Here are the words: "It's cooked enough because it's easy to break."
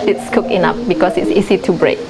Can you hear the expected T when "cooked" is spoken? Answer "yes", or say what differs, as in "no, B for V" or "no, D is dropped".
no, T is dropped